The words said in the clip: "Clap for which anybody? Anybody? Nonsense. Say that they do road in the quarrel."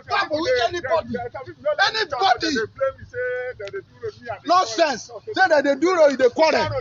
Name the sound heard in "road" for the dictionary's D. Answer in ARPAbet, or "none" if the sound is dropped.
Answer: none